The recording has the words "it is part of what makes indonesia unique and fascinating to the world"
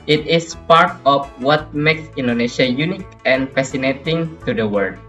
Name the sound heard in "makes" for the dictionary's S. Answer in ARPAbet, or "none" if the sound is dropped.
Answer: S